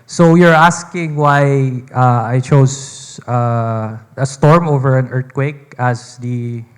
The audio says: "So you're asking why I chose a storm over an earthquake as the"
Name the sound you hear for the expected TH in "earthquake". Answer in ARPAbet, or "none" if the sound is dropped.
T